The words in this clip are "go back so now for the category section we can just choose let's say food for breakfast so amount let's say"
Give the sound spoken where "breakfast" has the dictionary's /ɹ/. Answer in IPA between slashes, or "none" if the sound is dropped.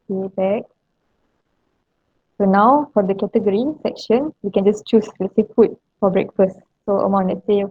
/ɹ/